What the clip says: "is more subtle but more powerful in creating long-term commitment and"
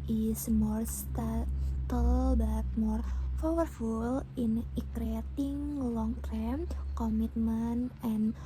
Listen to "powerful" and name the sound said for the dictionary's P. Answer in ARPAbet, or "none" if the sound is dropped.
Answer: F